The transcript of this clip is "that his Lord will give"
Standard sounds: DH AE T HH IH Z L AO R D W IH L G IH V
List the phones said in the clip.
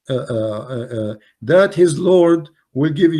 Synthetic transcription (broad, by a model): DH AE T HH IH Z L AO R D W IH L G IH V